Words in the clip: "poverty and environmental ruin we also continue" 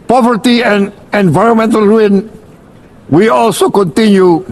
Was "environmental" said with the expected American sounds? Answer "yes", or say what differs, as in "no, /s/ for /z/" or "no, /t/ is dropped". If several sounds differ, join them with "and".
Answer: yes